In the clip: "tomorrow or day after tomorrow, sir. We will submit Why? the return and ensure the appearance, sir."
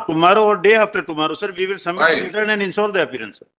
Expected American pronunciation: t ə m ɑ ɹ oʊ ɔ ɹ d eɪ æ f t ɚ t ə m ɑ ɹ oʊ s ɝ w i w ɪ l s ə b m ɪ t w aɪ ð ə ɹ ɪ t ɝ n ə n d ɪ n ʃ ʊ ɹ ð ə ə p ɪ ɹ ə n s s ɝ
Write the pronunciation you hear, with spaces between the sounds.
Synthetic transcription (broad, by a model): t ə m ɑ ɹ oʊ ɔ ɹ d eɪ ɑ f t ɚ t ə m ɑ ɹ oʊ s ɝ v i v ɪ l s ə m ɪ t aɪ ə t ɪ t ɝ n ə n d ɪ n s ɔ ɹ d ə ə p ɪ ɹ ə n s s